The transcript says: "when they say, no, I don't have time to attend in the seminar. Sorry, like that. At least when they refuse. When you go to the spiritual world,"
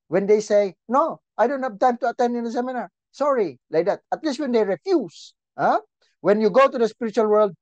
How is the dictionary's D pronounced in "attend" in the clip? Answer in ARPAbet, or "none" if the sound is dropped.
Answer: D